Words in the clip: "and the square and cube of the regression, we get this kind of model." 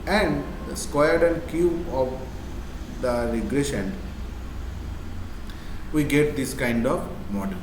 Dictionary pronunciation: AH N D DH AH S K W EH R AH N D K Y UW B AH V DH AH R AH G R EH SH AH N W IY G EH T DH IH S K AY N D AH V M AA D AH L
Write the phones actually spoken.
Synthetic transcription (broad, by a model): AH N D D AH S K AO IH R AH N D K Y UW AH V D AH R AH G R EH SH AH N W IY G EH T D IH S K AY N D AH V M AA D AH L